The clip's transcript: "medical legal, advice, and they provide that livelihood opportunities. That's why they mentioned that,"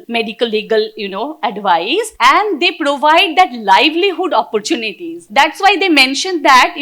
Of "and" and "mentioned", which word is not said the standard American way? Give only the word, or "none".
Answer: none